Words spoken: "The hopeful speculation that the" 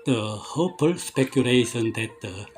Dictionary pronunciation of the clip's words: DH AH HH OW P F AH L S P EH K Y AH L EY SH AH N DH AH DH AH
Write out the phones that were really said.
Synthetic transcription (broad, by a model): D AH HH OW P AH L S P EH K Y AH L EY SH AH N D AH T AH